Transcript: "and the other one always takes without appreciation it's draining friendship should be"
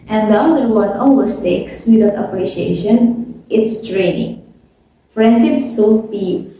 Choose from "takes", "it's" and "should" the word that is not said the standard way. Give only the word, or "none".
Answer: should